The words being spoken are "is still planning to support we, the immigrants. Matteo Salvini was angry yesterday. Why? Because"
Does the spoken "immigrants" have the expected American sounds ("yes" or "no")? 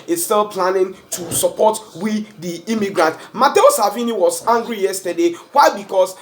no